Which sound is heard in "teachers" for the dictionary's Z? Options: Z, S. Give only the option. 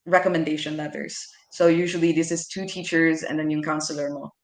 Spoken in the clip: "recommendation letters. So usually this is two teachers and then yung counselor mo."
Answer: Z